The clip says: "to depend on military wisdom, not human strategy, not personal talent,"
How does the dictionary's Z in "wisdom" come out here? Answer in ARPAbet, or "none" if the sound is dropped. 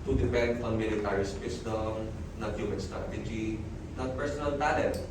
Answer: S